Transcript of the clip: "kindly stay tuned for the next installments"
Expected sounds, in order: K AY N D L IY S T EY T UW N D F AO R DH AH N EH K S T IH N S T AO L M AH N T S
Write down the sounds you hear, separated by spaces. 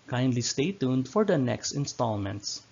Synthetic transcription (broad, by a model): K AY N D L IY S T EY T UW N D F AO R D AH N EH K S T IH N S T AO L M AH N T S